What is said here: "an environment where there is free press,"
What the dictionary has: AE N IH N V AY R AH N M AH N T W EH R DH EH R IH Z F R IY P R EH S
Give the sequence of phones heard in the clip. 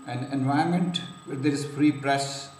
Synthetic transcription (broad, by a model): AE N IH N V AY AH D M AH N T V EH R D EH R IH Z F R IY P R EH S